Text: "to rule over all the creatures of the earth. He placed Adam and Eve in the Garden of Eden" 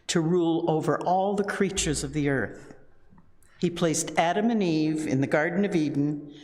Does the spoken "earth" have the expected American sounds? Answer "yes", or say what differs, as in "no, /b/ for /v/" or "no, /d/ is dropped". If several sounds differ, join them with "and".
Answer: yes